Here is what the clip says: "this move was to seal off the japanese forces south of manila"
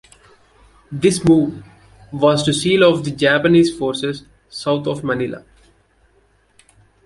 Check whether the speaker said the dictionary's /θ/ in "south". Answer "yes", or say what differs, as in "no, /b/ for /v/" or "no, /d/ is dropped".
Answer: no, /t/ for /θ/